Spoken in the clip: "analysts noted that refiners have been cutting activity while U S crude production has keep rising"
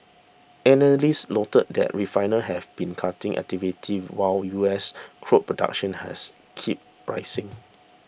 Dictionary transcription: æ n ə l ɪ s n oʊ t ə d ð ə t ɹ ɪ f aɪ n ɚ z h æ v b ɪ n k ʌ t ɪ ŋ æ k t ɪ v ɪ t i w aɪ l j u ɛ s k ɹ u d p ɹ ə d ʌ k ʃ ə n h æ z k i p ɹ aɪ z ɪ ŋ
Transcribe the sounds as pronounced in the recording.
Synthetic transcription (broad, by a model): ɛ n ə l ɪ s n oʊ t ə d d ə t ɹ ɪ f aɪ n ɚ h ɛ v b ɪ n k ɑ t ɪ ŋ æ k t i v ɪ t i w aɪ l j u ɛ s k ɹ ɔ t p ɹ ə d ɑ k ʃ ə n h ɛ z k i p ɹ aɪ s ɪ ŋ